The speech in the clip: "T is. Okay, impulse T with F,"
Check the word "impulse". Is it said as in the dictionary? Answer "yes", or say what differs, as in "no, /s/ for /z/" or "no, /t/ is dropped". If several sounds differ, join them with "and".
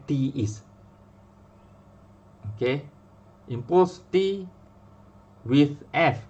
no, /l/ is dropped